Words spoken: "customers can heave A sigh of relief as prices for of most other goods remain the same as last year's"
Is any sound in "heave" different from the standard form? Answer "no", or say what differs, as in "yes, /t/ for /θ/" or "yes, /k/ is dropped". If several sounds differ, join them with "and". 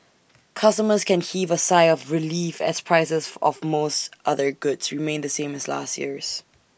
no